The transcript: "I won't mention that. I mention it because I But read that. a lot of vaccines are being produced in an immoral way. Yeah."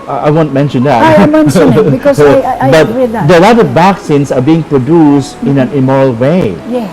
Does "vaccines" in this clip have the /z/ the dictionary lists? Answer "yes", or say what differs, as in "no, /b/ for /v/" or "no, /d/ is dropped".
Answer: no, /s/ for /z/